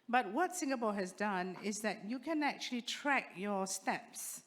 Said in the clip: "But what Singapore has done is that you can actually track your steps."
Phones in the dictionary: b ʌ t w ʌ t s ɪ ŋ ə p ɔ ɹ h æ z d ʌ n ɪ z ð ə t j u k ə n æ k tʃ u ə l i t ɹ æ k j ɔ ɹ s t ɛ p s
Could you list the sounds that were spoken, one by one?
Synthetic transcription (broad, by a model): b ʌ t w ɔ t s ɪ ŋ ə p ɔ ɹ h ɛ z d ʌ n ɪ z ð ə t j u k ə n æ k tʃ u ə l i t ɹ æ k j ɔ s t ɛ p s